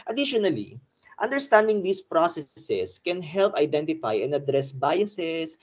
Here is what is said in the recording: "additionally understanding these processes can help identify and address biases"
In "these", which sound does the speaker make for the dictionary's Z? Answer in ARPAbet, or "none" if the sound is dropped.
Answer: S